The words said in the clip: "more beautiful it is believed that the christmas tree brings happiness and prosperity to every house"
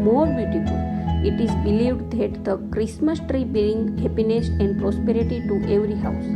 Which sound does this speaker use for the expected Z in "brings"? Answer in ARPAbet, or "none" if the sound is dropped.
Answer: none